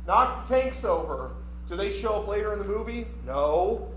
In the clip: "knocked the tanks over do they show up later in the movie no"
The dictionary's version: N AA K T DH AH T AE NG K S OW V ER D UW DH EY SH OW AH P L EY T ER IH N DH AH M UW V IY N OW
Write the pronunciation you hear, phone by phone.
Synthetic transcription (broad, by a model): N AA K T DH AH T AE NG K S OW V ER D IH DH EY SH OW AH P L EY T ER IH N DH AH M UW V IY N OW